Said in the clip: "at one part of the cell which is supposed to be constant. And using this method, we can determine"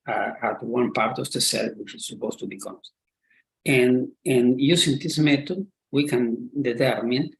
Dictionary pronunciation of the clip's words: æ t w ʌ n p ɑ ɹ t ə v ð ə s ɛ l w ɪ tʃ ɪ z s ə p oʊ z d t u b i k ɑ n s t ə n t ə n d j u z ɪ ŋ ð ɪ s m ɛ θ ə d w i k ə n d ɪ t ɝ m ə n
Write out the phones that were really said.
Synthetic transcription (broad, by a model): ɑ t w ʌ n p ɑ ɹ t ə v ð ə s ɛ l w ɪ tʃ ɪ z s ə p oʊ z t u b i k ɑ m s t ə n ə n j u s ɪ ŋ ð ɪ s m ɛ t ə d w i k ə n d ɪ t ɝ m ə n